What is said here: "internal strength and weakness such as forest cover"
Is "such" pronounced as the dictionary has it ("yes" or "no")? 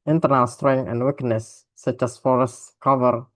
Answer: yes